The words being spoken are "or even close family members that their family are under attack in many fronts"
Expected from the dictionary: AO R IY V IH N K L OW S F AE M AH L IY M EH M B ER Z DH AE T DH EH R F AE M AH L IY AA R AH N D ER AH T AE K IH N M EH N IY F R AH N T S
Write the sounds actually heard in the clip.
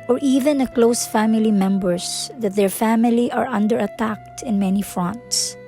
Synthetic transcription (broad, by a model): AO R IY V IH N K L OW S F AE M AH L IY M EH M B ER S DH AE T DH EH R F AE M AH L IY AA R AH N D ER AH T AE K IH N M EH N IY F R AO N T S